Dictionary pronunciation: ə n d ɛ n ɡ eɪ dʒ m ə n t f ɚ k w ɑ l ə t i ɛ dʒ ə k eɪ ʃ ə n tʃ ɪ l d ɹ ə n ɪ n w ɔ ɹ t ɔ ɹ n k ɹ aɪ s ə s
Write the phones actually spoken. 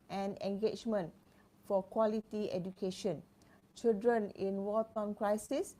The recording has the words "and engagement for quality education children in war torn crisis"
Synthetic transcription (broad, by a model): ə n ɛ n ɡ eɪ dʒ m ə n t f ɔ k w ɑ l ə t i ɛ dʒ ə k eɪ ʃ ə n tʃ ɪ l d ɹ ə n ɪ n w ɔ l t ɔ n k ɹ aɪ s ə s